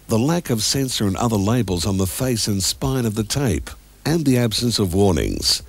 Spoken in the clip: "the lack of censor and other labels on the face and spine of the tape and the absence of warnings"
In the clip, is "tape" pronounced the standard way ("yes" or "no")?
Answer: yes